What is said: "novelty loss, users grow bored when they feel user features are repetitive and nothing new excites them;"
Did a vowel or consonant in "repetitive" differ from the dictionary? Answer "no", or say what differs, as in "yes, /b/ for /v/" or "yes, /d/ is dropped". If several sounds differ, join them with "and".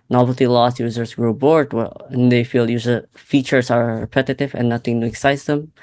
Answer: no